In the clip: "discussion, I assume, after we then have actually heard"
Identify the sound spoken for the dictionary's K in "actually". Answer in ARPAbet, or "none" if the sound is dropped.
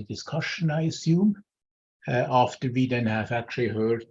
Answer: K